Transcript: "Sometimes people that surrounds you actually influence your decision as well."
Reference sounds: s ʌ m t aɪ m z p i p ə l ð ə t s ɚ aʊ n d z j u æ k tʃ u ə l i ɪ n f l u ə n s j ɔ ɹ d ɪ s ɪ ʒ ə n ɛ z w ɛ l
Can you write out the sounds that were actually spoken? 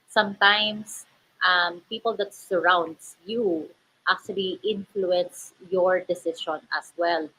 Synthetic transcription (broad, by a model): s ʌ m t aɪ m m p i p ə l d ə t s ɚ aʊ n d s j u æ k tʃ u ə l i ɪ n f l u ə n s j ɔ ɹ d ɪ s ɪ ʃ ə n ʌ s w ɛ l